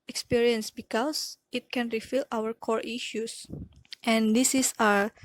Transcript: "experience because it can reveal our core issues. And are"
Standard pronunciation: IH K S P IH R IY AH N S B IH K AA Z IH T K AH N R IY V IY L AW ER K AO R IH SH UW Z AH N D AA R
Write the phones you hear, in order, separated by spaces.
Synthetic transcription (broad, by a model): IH K S P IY R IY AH N S B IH K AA S IH T K AH N R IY F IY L AW ER K AO R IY SH UW S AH N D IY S